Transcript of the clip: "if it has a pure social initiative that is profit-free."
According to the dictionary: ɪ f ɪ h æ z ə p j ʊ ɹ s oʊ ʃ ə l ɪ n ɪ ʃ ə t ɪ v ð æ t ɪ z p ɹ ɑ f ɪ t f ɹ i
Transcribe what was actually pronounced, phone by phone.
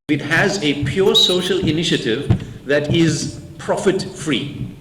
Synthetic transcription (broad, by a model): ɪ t h æ z ə p j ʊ ɹ s oʊ ʃ ə l ɪ n ɪ ʃ ə t ɪ v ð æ t ɪ z p ɹ ɑ f ɪ t f ɹ i